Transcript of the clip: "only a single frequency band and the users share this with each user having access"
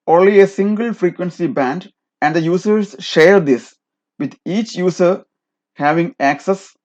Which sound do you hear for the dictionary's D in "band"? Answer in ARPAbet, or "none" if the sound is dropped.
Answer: D